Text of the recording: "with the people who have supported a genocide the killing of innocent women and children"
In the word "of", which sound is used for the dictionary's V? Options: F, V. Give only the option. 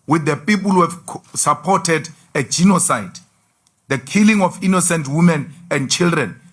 F